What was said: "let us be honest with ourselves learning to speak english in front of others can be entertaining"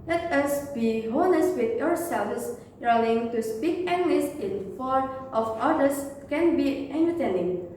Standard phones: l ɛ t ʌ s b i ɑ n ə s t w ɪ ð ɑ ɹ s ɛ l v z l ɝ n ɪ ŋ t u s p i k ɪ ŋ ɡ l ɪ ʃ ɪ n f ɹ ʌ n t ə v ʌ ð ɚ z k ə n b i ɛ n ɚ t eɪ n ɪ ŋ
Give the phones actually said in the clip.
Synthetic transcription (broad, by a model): l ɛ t ʌ s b i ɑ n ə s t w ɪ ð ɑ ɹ s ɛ l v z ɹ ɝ l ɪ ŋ t u s p i k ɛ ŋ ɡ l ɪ s ɪ n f ɔ t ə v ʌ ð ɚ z k ə n b i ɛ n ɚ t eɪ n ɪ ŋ